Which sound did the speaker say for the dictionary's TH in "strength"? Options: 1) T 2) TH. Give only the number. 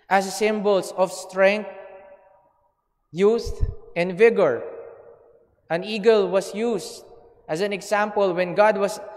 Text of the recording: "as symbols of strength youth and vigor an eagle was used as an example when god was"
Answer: 1